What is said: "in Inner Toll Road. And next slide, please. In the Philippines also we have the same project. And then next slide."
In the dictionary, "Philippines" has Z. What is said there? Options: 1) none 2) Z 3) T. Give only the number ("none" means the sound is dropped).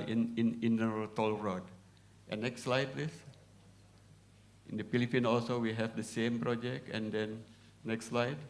1